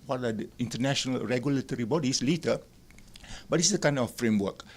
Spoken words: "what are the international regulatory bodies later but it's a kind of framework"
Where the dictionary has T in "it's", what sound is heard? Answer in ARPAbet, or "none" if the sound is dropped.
S